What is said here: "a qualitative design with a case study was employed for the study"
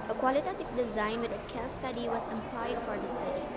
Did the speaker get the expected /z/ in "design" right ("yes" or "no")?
yes